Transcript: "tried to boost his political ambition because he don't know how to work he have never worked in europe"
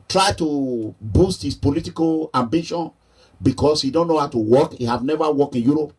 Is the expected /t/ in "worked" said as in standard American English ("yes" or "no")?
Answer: no